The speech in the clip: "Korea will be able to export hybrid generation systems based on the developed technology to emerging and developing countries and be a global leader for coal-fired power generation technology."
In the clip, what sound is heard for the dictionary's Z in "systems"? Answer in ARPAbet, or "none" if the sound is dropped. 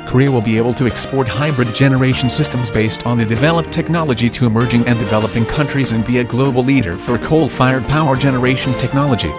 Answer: Z